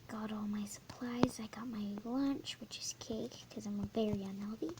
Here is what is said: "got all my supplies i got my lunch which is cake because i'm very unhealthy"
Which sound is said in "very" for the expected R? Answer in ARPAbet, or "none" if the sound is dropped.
L